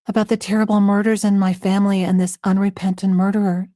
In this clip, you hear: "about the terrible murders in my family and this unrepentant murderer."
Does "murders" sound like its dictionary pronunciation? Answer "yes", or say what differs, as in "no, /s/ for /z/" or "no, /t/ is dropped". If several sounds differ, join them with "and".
yes